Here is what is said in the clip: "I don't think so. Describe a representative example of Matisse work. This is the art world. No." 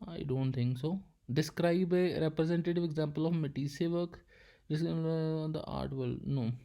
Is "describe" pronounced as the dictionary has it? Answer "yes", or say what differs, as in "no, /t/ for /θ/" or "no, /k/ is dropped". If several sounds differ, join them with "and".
yes